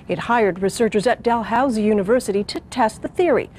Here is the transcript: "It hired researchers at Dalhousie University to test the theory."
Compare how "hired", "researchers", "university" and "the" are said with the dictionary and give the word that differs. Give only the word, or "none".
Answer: none